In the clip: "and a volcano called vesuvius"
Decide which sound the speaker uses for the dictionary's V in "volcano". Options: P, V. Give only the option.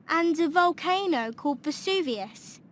V